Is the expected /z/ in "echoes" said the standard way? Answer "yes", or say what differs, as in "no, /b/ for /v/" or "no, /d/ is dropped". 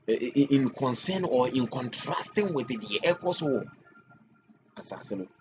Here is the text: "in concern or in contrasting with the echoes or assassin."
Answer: no, /s/ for /z/